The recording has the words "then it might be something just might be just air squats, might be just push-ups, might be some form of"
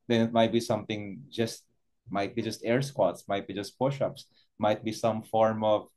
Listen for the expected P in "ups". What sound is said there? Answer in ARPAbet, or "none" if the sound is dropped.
P